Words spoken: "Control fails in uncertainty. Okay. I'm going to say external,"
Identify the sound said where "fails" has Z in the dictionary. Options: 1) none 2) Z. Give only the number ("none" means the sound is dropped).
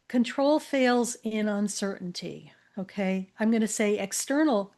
2